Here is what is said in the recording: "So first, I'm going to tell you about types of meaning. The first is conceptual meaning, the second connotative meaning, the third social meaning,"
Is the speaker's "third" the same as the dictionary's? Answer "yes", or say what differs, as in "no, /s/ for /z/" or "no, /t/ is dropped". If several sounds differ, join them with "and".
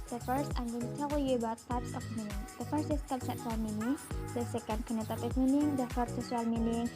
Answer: no, /f/ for /θ/